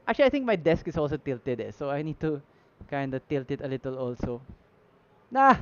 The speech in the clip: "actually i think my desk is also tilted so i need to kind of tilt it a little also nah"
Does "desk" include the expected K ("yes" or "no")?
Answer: yes